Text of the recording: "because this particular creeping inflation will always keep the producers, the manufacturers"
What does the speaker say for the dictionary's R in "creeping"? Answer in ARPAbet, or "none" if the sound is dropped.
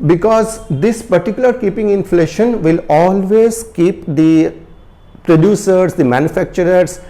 none